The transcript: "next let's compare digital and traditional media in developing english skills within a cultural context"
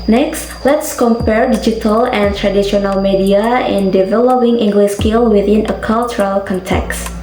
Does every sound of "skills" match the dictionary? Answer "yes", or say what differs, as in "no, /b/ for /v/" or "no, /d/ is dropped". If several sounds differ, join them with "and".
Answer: no, /z/ is dropped